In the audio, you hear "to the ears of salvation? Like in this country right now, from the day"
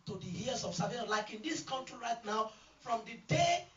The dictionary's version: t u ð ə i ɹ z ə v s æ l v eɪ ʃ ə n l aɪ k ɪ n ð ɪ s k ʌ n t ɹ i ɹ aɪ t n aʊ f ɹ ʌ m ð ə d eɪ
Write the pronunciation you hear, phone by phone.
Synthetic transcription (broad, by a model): t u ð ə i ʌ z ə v s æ v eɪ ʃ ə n l aɪ k ɪ n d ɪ s k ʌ n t ɹ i ɹ aɪ t n aʊ f ɹ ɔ m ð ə d eɪ